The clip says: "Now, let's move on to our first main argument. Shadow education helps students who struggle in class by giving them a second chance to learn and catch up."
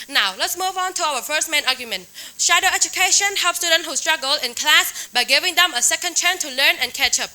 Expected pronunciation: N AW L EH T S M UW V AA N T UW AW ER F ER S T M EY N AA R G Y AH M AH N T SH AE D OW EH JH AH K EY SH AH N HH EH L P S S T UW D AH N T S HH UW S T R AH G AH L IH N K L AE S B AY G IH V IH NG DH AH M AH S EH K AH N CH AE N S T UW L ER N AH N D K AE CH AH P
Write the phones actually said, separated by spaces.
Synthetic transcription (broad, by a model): N AW L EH T S M UW V AA N T UW AW ER F ER S T M EY N AA R G Y AH M AH N T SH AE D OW EH JH AH K EY SH AH N HH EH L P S S T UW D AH N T HH UW S T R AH G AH L IH N K L AE S B AY G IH V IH NG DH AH M AH S EH K AH N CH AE N T UW L ER N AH N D K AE CH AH P